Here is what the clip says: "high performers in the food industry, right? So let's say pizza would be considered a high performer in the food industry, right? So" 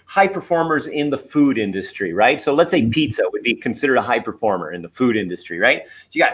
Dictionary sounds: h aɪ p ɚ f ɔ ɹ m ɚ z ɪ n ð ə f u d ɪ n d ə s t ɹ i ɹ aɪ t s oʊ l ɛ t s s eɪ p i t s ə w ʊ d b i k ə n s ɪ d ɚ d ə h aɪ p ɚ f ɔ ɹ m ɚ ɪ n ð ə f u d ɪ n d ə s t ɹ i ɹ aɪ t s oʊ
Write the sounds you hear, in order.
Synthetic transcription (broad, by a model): h aɪ p ɚ f ɔ ɹ m ɚ z ɪ n ð ə f u d ɪ n d ə s t ɹ i ɹ aɪ t s oʊ l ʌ t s s eɪ p i t s ə w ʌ d b i k ə n s ɪ d ɚ d ə h aɪ p ɚ f ɔ ɹ m ɚ ɪ n ð ə f u d ɪ n d ə s t ɹ i ɹ aɪ t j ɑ